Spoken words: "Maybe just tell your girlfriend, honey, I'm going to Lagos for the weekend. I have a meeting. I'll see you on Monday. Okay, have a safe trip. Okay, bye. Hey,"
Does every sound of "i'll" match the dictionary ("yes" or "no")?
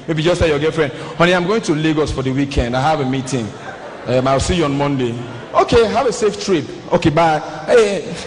no